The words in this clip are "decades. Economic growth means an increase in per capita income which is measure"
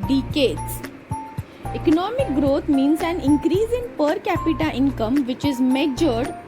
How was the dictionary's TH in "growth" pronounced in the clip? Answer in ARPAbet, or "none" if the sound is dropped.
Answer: T